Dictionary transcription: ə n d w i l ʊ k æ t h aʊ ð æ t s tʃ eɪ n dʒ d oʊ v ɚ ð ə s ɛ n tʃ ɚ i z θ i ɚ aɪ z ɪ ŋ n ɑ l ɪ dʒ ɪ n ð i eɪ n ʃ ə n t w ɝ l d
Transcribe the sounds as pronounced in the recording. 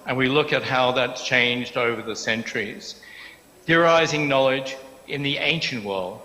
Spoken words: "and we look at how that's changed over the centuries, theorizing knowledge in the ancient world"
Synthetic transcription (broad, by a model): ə n w i l ʊ k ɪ t h aʊ ð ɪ t tʃ eɪ n dʒ d oʊ v ɚ ð ə s ɛ n tʃ ɚ i z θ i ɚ aɪ z ɪ ŋ n ɑ l ɪ dʒ ɪ n ð i eɪ n ʃ ə n t w ɝ l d